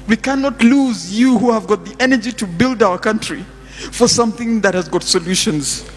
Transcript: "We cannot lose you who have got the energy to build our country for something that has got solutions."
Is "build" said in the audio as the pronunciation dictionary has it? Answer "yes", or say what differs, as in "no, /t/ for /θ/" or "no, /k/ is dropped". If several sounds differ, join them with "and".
yes